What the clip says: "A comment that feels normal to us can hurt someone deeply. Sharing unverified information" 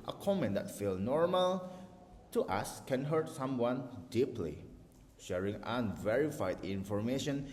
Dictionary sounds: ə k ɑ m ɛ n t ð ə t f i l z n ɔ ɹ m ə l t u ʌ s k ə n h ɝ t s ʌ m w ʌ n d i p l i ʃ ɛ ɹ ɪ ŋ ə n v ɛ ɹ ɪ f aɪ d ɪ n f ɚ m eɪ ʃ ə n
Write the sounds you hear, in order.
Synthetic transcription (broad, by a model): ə k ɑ m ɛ n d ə t f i l n ɔ ɹ m ə l t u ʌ s k ə n h ɝ t s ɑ m w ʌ n d i p l i ʃ ɛ ɹ ɪ ŋ ə n v ɛ ɹ ɪ f aɪ d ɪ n f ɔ m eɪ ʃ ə n